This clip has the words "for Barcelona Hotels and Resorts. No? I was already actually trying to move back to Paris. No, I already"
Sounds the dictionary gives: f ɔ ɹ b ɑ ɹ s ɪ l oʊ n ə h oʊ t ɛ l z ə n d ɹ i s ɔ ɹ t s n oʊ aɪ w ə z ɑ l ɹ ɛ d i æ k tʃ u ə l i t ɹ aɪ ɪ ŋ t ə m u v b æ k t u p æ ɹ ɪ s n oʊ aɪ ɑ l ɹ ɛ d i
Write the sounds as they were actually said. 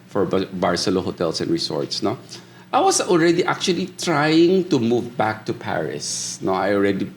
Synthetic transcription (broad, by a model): f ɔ ɹ b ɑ ɹ s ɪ l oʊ h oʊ t ɛ l s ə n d ɹ i s ɔ ɹ t s n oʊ aɪ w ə s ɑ l ɹ ɛ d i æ k tʃ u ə l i t ɹ aɪ ɪ ŋ t ə m u v b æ k t u p æ ɹ ɪ s n oʊ aɪ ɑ l ɹ ɛ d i